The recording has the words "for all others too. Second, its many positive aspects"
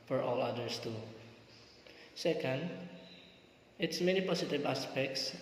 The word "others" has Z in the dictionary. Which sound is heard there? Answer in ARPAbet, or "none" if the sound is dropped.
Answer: S